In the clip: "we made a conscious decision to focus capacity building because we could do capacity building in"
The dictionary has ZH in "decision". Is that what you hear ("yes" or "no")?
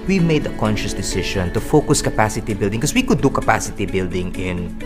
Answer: no